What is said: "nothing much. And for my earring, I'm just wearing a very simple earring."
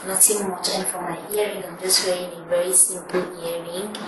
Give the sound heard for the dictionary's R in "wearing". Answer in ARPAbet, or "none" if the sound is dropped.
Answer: none